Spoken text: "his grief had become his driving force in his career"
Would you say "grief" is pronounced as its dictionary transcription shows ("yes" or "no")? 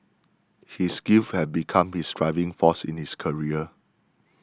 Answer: no